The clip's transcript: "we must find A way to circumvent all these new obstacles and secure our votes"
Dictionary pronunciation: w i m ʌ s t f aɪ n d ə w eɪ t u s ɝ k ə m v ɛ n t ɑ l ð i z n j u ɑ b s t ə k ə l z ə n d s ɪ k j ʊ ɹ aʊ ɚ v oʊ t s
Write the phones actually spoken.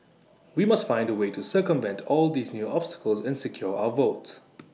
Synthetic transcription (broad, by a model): w i m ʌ s t f aɪ n d ə w eɪ t u s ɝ k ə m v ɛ n t ɑ l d i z n j u ɑ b s t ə k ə l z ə n s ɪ k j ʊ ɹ aʊ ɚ v oʊ t s